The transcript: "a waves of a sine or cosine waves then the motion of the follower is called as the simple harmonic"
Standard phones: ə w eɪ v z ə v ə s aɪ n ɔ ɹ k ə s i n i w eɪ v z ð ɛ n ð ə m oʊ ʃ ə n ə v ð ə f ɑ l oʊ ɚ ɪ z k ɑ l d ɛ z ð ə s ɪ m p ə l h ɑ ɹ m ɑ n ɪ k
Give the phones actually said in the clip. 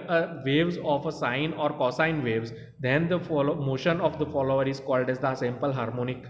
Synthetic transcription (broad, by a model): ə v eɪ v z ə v ə s aɪ n ɔ ɹ k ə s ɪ n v eɪ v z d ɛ n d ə m oʊ ʃ ə n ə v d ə f ɑ l oʊ ɚ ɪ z k ɑ l d ɛ z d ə s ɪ m p ə l h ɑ ɹ m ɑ n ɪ k